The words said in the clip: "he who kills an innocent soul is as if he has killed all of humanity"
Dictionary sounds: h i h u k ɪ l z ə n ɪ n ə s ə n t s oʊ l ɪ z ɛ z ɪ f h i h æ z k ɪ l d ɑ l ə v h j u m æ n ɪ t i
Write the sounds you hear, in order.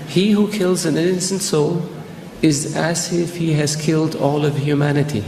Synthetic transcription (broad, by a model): h i h u k ɪ l z ə n ɪ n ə s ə n t s oʊ l ɪ z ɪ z ɪ f h i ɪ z k ɪ l d ɑ l ə v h j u m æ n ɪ t i